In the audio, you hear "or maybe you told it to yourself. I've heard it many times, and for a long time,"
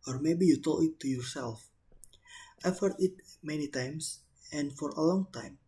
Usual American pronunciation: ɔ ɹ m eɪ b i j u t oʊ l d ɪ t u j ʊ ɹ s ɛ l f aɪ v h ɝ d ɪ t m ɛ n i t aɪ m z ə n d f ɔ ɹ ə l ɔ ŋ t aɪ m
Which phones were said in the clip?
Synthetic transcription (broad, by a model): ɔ ɹ m eɪ b i j u t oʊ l ɪ t u j ʊ ɹ s ɛ l f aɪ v h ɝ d ɪ t m ɛ n i t aɪ m s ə n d f ɔ ɹ ə l ɔ ŋ t aɪ m